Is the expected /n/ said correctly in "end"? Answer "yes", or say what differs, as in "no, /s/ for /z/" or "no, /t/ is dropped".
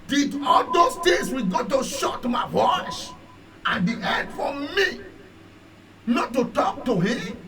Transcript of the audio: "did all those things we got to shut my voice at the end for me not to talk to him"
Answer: no, /n/ is dropped